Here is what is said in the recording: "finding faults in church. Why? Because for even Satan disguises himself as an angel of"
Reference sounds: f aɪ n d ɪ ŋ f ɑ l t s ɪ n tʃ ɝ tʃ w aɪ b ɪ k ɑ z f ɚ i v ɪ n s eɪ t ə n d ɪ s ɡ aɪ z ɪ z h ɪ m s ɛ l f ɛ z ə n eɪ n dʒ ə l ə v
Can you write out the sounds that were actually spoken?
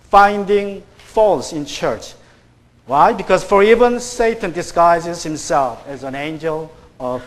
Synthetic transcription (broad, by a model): f aɪ n d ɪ ŋ f ɑ l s ɪ n tʃ ɝ tʃ w aɪ b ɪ k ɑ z f ɚ i v ɪ n s eɪ t ə n d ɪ s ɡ aɪ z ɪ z h ɪ m s ɛ l f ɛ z ə n eɪ n dʒ ə l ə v